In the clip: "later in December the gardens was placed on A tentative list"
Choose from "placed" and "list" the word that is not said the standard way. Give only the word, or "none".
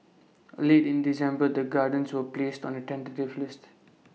none